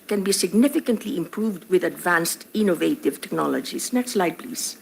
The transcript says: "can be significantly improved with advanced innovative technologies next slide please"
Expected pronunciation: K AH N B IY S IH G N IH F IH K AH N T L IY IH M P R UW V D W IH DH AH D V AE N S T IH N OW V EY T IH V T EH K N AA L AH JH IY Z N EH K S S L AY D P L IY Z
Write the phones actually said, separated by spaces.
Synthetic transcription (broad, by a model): K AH N B IY S IH G N IH F IH K AH N T L IY IH M P R UW V D W IH DH AH D V AE N S T IH N OW V EY T IH V T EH K N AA L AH JH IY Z N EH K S S L AY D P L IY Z